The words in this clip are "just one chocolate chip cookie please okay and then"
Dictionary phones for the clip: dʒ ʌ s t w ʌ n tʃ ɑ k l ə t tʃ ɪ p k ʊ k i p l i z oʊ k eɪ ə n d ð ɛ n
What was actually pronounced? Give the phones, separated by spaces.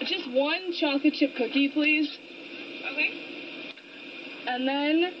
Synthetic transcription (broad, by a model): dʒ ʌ s t w ʌ n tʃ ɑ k ə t tʃ ɪ p k ʊ k i p l i z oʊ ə n ð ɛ n